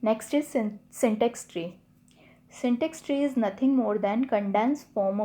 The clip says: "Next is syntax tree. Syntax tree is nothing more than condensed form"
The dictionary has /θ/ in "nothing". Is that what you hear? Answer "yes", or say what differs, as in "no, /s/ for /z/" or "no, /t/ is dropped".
no, /t/ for /θ/